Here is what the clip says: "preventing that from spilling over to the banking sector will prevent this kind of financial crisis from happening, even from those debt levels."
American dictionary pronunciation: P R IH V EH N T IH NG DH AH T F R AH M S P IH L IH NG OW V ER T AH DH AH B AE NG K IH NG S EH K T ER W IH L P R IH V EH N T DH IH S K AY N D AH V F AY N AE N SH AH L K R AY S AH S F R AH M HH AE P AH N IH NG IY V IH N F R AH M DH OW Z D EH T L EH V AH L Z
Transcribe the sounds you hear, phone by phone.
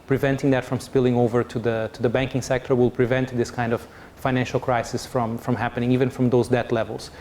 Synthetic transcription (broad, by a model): P R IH V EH N T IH NG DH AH T F R AH M S P IH L IH NG OW V ER T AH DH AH B AE NG K IH NG S EH K T ER W IH L P R IH V EH N T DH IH S K AY N D AH V F AY N AE N SH AH L K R AY S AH S F R AH M HH AE P AH N IH NG IY V IH N F R AH M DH OW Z D EH T L EH V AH L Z